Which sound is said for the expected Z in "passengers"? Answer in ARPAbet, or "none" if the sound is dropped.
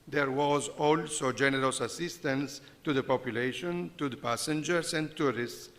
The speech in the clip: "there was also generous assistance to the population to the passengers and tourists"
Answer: S